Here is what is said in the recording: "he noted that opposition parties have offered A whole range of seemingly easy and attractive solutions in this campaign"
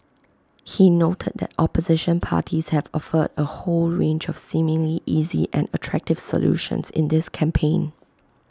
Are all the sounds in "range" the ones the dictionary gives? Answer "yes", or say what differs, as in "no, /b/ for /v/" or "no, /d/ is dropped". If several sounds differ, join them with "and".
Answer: yes